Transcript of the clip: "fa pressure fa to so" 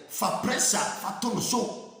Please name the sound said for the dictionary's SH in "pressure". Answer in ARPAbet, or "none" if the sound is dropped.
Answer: S